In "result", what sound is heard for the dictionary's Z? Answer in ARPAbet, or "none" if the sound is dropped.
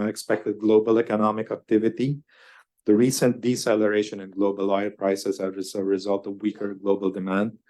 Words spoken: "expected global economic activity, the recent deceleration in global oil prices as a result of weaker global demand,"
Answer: Z